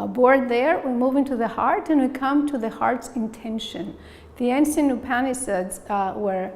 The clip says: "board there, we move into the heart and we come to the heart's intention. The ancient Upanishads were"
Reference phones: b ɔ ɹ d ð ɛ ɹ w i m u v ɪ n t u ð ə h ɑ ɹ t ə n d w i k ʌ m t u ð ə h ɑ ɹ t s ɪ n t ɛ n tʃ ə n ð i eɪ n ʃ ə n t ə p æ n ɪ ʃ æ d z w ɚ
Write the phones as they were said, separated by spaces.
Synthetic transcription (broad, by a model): b ɔ ɹ d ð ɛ ɹ w i m u v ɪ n t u ð ə h ɑ ɹ t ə n w i k ʌ m t u ð ə h ɑ ɹ t s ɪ n t ɛ n ʃ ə n ð i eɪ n s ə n ə p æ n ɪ s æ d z w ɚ